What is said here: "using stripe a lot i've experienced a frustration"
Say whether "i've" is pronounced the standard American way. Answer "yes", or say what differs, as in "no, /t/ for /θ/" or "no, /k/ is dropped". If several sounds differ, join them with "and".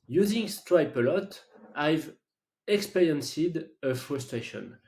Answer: yes